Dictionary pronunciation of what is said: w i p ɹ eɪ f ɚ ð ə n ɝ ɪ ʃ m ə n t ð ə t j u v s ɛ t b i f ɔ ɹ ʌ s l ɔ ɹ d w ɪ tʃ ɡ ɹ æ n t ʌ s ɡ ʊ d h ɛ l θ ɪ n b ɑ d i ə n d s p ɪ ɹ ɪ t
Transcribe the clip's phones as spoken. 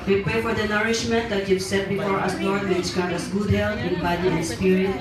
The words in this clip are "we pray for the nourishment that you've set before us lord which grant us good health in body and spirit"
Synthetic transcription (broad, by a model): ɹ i p eɪ f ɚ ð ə n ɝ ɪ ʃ m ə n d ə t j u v s ɛ t b i f ɔ ɹ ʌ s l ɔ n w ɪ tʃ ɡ ɑ t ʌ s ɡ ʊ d h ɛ l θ ɪ n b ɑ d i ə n s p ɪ ɹ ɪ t